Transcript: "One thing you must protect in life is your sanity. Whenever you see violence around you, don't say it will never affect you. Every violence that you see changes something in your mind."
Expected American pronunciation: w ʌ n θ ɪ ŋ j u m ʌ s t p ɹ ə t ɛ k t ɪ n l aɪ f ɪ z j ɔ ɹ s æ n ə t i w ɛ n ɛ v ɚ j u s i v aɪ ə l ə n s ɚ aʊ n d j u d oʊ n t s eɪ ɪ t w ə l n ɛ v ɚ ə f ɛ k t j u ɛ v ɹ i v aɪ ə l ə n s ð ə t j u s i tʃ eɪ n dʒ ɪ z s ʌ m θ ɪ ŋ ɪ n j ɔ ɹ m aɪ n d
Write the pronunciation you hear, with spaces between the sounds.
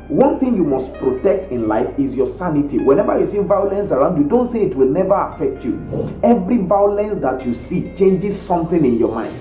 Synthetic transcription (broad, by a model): w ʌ n θ ɪ ŋ j u m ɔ s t p ɹ ə t ɛ k t ɪ n l aɪ f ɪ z j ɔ s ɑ n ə t i w ɛ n ɛ v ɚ j u s i v aɪ ə l ə n s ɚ aʊ n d j u d oʊ n t s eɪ ɪ t w ə l n ɛ v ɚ ə f ɛ k t j u ɛ v ɹ i v aɪ ə l ə n s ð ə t j u s i tʃ eɪ n dʒ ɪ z s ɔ m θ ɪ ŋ ɪ n j ɔ m aɪ n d